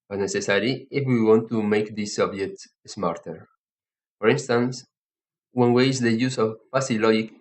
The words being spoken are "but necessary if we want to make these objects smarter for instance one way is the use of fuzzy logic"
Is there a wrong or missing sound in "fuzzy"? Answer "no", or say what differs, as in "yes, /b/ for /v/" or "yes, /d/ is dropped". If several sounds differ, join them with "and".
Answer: yes, /s/ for /z/